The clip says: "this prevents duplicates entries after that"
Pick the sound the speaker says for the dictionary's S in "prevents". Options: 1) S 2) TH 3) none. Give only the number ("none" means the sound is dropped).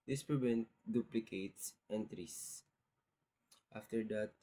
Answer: 3